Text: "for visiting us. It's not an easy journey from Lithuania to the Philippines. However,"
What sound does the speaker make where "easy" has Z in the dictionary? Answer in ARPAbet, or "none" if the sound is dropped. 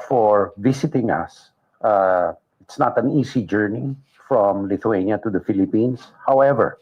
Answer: S